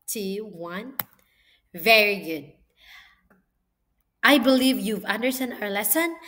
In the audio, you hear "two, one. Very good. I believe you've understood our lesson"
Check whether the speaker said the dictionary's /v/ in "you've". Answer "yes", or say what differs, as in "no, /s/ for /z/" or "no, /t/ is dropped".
yes